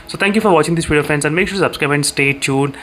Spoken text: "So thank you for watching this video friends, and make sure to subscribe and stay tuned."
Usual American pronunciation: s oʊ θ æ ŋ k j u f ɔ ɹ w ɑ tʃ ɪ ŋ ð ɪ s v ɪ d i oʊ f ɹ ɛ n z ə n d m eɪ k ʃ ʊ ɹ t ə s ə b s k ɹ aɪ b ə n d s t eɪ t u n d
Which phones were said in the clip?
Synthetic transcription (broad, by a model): s oʊ t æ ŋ k j u f ɔ ɹ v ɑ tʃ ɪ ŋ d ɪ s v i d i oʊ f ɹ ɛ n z ə n d m eɪ k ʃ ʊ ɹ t s ə b s k ɹ aɪ b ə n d s t eɪ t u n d